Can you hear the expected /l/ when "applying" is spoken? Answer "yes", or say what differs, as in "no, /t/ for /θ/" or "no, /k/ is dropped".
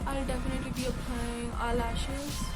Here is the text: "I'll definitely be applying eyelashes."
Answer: no, /l/ is dropped